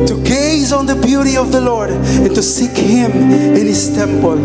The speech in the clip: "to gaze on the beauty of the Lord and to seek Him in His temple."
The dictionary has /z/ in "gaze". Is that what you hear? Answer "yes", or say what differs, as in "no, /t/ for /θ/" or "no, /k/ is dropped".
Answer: yes